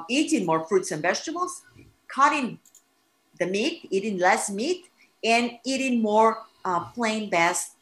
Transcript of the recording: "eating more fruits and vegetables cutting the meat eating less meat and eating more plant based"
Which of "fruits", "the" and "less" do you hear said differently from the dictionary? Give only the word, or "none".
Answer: none